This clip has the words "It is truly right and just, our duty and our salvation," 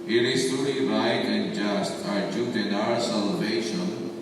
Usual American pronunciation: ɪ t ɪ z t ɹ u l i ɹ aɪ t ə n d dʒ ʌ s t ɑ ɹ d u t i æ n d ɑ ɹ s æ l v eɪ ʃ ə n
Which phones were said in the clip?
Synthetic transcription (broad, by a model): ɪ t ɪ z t u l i ɹ aɪ t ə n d dʒ ʌ s t ɑ ɹ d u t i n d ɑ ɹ s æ l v eɪ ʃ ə n